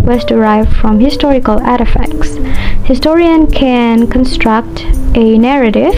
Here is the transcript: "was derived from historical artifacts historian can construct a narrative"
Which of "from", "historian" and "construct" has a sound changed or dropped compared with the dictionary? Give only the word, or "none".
none